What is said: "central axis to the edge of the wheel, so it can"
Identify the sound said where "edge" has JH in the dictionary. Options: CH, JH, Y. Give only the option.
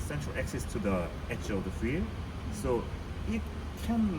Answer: CH